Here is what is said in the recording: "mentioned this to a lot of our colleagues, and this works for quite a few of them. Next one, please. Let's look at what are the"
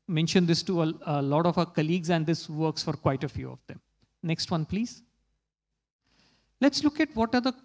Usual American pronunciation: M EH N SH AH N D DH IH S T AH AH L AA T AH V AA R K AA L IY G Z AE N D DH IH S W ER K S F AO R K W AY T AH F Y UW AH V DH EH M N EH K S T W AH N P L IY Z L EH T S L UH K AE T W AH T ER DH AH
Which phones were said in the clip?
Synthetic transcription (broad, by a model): M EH N SH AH N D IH S T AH AH L AA T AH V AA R K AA L IY G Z AE N D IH S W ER K S F AO R K W AY T AH F Y UW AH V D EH M N EH K S T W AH N P L IY Z L EH T S L UH K AE T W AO T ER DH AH